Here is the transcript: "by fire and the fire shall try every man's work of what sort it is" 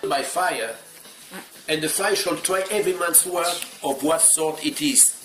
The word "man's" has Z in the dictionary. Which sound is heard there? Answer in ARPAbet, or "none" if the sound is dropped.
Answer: S